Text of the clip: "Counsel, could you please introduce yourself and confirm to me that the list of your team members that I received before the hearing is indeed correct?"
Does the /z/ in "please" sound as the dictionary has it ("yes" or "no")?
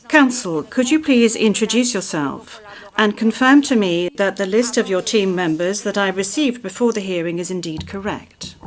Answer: yes